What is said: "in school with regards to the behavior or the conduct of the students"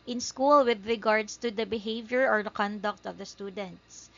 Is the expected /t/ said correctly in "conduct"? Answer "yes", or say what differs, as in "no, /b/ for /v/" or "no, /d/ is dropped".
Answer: yes